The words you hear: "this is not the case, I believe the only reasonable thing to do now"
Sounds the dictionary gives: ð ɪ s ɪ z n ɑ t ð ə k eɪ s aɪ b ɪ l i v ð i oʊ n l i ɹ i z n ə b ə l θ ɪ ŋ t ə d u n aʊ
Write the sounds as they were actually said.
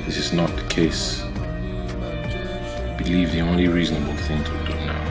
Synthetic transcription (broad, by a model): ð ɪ s ɪ z n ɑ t ð ə k eɪ s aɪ b ɪ l i v ð i oʊ n l i ɹ i z n ə b ə l θ ɪ ŋ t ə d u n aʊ